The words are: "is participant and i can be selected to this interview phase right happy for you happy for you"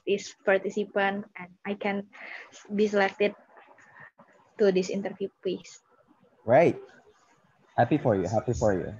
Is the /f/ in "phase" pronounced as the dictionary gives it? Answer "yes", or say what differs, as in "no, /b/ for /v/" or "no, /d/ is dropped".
no, /p/ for /f/